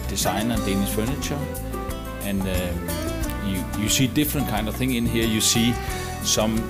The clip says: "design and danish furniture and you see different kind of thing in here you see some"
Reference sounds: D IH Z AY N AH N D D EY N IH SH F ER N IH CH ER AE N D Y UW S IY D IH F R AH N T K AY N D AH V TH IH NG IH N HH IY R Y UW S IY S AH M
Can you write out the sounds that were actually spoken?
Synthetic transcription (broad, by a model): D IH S AY N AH N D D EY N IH S F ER N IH CH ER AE N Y Y UW S IY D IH F R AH N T K AY N D AH V TH IH NG IH N HH IY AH Y UW S IY S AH M